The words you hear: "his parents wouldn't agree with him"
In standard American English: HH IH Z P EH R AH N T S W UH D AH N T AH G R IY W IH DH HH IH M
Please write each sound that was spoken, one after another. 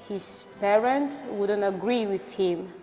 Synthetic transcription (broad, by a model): HH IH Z P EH R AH N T W UH D AH N T AH G R IY W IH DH HH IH M